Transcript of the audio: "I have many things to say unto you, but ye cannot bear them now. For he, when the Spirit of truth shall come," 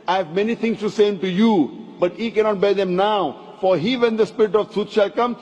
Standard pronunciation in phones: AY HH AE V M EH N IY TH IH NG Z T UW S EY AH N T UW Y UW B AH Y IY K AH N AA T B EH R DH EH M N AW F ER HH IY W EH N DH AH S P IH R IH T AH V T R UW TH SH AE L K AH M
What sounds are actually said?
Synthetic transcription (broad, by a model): AY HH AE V M EH N IY T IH NG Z T UW S EY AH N T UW Y UW B AH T IY K AH N AA T B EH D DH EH M N AW F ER HH IY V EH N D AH S P IH R IH T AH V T UW T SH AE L K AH M